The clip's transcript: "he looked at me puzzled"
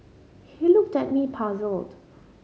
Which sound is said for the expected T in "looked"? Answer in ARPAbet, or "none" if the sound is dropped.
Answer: T